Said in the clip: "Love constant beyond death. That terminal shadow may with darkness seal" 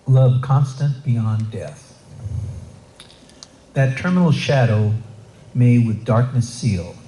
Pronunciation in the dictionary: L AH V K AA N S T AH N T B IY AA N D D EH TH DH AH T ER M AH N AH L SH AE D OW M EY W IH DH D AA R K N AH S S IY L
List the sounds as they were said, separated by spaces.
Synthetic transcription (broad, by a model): L AH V K AA N S T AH N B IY AA N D D EH TH DH AH T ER M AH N L SH AE D OW M EY W IH DH D AA R K N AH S S IY L